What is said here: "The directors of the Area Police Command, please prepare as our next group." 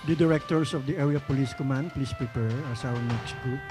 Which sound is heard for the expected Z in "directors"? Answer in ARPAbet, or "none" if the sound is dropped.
S